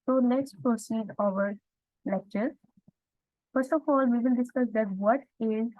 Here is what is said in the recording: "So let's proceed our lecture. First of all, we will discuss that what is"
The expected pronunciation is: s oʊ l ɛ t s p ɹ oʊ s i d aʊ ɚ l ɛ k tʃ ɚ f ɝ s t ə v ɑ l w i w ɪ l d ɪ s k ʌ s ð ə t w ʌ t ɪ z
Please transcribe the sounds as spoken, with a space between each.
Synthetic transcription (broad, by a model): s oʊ n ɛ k s p ɹ oʊ s i d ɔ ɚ l ɛ k tʃ ɚ f ɝ s t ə f ɑ l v i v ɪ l d ɪ s k ʌ s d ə t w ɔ t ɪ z